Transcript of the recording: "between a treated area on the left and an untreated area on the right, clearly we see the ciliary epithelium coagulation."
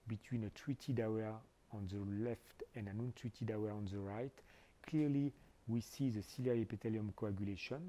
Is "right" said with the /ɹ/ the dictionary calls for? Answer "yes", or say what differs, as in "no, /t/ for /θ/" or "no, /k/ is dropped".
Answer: yes